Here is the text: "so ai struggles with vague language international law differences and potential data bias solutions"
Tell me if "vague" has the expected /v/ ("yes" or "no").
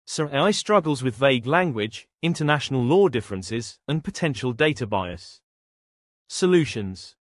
yes